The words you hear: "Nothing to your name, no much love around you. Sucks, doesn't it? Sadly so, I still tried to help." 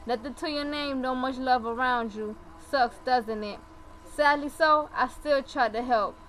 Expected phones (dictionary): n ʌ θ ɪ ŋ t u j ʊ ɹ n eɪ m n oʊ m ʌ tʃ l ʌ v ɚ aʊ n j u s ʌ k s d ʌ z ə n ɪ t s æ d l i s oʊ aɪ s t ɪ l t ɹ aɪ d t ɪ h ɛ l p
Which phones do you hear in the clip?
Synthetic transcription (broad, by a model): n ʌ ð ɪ t u j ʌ ɹ n eɪ m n oʊ m ʌ tʃ l ʌ v ɚ aʊ n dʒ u s ʌ k s d ʌ z ə n ɪ t s æ d l i s oʊ aɪ s t ɪ l t ɹ aɪ d t ɪ h ɛ l p